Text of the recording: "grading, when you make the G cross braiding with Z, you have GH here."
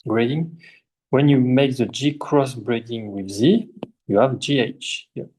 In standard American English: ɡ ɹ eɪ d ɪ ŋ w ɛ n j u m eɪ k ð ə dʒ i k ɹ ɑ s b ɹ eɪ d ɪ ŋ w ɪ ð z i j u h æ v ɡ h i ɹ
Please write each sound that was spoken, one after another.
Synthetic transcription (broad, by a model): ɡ ɹ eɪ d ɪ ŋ w ɛ n j u m eɪ k ð ə dʒ i k ɹ ɑ s b ɹ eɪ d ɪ ŋ w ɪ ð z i j u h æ v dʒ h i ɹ